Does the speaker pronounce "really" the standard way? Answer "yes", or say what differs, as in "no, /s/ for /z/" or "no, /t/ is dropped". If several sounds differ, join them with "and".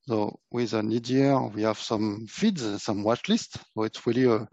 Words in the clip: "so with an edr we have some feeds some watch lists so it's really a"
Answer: yes